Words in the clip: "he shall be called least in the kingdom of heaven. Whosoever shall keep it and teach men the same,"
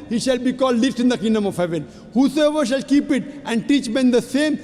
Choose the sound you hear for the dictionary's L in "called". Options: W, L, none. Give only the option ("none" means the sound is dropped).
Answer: L